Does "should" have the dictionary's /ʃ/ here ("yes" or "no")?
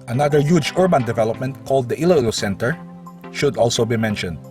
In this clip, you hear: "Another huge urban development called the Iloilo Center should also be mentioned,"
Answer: yes